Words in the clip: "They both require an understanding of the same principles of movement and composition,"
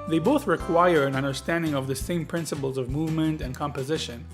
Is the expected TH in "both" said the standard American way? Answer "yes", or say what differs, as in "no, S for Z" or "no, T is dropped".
yes